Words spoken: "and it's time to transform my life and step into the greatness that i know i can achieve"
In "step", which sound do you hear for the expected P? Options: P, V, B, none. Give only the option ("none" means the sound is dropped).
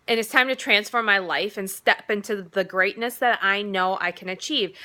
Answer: P